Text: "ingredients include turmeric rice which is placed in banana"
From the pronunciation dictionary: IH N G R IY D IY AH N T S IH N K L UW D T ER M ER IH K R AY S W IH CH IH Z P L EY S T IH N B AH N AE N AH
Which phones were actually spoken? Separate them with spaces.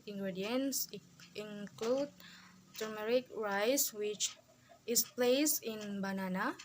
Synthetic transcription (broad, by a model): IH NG G R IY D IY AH N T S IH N K L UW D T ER M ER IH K R AY S W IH CH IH S P L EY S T IH N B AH N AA N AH